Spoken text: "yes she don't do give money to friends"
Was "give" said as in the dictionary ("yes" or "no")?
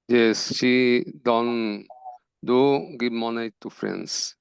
no